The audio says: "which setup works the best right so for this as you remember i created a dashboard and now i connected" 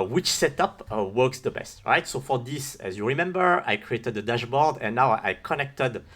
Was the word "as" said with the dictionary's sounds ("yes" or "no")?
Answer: yes